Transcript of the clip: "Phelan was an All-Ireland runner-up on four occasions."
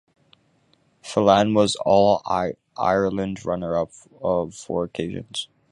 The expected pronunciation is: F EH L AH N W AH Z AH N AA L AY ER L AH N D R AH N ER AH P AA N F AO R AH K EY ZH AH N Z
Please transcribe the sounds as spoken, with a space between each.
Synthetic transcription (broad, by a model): F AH L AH N W AH Z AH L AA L AY ER L AH N D R AH N ER AH P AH F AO R AH K EY ZH AH N Z